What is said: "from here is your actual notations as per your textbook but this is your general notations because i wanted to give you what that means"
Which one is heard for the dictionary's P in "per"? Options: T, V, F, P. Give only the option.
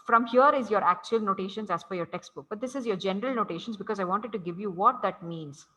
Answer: F